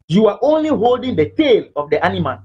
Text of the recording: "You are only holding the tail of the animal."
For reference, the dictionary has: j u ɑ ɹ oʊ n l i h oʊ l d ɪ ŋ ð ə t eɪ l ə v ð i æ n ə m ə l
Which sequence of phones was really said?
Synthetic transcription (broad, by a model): j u ɑ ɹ oʊ n l i h oʊ l d ɪ ŋ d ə t eɪ l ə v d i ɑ n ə m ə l